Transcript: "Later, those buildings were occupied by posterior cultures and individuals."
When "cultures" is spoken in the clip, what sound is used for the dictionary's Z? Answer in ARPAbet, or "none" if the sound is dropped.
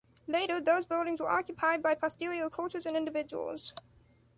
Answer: Z